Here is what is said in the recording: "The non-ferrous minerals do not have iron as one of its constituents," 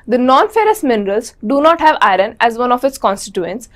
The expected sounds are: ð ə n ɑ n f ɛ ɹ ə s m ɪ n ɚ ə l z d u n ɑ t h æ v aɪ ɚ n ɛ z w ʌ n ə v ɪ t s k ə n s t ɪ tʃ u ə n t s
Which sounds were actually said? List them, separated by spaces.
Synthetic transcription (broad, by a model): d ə n ɑ n f ɛ ɹ ə s m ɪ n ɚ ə l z d u n ɑ t h æ v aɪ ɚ n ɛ z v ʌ n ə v ɪ t s k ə n s t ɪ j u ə n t s